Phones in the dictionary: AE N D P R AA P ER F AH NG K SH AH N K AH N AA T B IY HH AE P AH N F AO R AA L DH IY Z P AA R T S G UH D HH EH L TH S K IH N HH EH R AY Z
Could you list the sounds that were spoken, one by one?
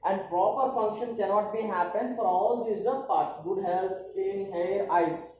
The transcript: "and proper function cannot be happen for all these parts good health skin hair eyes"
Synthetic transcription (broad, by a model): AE N D P R AA P ER F AH NG K SH AH N K AH N AA T B IY HH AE P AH N F AO R AA L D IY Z P AA R T S G UH D HH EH L T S IH N HH EH R AY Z